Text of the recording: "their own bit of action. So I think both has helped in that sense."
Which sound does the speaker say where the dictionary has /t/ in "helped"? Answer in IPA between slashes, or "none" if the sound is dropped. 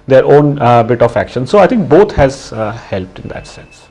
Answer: /t/